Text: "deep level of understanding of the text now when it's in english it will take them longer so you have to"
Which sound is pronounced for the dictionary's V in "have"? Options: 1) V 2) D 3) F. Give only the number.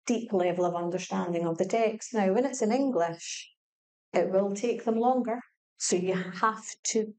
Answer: 3